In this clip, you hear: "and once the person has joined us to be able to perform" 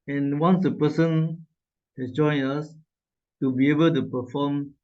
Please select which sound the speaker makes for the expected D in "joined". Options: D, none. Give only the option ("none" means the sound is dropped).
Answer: none